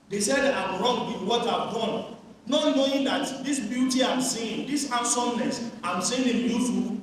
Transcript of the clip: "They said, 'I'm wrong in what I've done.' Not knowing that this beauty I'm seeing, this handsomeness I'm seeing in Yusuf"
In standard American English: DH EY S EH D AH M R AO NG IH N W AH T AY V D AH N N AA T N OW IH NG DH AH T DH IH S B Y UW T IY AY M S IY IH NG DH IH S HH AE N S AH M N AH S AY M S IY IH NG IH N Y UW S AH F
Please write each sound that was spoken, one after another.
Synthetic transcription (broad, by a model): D EY S EH D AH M R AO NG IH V W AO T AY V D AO N N AA T N OW IH NG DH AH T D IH S B Y UW T IY AY M S IY IH NG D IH S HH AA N S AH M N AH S AY M S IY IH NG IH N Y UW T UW